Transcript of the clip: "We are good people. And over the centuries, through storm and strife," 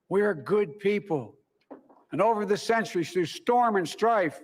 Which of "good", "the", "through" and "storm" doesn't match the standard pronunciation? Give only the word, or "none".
through